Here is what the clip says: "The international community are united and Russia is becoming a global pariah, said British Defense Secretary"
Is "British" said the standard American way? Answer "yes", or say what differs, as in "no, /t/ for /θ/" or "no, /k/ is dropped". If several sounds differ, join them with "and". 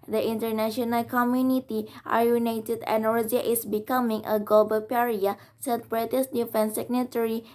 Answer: no, /s/ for /ʃ/